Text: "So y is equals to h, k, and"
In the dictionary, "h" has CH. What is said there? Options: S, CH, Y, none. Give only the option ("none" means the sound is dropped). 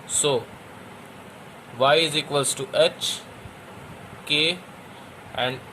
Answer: CH